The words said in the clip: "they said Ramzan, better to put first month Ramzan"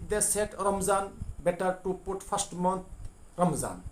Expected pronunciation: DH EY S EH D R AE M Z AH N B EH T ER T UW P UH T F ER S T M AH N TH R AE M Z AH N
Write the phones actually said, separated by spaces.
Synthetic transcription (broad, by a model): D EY S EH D R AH M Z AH N B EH T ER T UW P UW T P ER S T M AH N T R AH M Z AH N